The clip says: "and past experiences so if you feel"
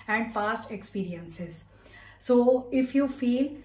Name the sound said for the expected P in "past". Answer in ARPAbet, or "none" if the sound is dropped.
F